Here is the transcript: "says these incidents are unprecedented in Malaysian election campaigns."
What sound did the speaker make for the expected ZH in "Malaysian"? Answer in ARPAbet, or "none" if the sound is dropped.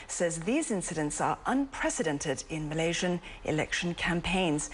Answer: ZH